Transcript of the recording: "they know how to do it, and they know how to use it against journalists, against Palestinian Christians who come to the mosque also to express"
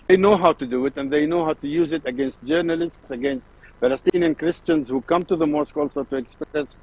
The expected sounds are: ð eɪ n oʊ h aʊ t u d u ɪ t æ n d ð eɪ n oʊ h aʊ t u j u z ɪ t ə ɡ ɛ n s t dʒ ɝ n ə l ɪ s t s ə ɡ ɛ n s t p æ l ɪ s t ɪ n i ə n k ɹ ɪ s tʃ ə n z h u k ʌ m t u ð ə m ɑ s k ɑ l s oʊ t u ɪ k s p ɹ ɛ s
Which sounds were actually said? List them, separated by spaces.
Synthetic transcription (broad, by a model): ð eɪ n oʊ h aʊ t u d u ɪ t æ n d ð eɪ n oʊ h aʊ t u j u z ɪ t ə ɡ ɛ n s t dʒ ɝ n ə l ɪ s t s ə ɡ ɛ n s t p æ l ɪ s t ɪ n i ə n k ɹ ɪ s tʃ ə n z h u k ʌ m t u ð ə m ɑ s k ɑ l s oʊ t u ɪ k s p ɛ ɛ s